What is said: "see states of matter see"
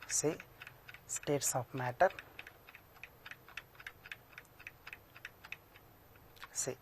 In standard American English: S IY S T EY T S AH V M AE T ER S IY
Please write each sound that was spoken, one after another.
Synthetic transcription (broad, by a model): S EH S T EY T S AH P M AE T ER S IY